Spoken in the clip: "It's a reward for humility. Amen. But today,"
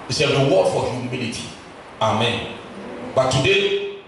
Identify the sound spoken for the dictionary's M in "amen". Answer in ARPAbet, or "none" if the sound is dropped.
M